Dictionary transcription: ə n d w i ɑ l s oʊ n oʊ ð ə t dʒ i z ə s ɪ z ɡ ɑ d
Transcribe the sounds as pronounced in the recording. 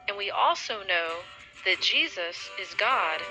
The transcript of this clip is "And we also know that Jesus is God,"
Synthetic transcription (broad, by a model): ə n w i ɑ l s oʊ n oʊ ð ə t dʒ i z ə s ɪ z ɡ ɑ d